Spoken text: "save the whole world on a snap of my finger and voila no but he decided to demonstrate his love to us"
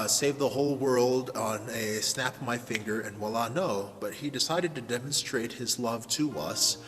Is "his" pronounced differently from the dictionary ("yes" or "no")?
no